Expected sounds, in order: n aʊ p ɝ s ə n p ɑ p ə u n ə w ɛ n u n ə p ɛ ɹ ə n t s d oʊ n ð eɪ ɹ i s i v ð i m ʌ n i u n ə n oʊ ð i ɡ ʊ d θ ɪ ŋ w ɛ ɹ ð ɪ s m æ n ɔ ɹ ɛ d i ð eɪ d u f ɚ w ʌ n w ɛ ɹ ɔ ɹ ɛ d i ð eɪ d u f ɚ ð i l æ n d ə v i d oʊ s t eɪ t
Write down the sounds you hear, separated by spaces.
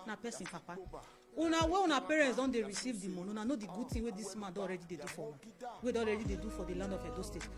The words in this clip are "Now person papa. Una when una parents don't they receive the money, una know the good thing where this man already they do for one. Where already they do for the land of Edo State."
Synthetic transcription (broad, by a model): n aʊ p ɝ s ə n p ɑ p ə u n ə w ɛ u n ə p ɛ ɹ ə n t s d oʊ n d eɪ ɹ i s i v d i m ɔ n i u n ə n oʊ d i ɡ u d t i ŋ w ɛ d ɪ s m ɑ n ɔ ɹ ɛ d i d eɪ d u f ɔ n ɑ w ɛ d ɔ ɹ ɛ d i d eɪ d u f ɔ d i l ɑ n d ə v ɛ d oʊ s t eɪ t